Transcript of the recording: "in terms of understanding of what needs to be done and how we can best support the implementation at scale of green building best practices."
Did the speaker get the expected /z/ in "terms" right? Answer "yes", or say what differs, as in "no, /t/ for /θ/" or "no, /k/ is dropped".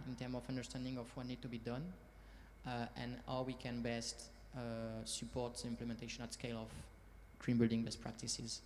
no, /z/ is dropped